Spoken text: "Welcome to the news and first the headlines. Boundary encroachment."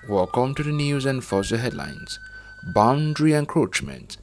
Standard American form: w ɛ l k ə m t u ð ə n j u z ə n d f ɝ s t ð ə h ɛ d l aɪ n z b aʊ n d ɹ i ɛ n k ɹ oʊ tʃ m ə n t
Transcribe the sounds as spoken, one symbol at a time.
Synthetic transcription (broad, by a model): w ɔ k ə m t u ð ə n j u z ə n d f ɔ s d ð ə h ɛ d l aɪ n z b aʊ n d ɹ i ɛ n k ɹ oʊ tʃ m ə n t